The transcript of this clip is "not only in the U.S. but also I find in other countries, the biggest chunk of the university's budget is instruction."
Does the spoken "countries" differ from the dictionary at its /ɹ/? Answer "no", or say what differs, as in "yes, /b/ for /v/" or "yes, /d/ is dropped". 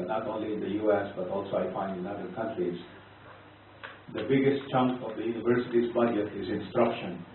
no